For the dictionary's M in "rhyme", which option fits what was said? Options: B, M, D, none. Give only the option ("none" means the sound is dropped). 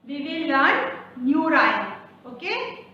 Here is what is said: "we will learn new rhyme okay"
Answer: none